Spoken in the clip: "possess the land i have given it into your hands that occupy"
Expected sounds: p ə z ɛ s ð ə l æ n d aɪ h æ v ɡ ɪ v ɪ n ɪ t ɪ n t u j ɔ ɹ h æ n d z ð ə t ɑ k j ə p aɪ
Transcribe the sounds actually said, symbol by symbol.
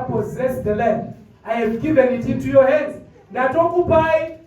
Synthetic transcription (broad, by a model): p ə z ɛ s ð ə l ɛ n aɪ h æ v ɡ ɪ v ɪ n ɪ t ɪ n t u j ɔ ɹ h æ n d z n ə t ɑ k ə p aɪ